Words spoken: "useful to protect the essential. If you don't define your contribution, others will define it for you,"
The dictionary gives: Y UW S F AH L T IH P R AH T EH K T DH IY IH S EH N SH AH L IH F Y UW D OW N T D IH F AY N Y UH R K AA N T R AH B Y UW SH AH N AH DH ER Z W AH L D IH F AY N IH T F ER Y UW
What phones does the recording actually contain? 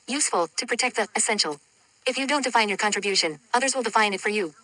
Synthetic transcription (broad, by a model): Y UW S F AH L T IH P R AH T EH K T DH IY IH S EH N SH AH L IH F Y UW D OW N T D IH F AY N Y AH R K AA N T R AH B Y UW SH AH N AH DH ER Z W AH L D IH F AY N IH T F ER Y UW